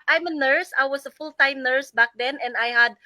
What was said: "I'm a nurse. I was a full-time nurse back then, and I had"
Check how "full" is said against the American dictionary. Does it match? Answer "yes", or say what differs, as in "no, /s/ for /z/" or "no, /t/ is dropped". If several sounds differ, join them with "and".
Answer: yes